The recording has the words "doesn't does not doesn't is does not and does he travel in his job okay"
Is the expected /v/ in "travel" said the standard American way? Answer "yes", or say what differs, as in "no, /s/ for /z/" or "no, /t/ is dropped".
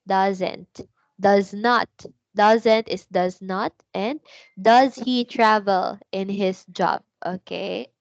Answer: yes